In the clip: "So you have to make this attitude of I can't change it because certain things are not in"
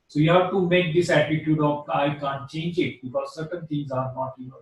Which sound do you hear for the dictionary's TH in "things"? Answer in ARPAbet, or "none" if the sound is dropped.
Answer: T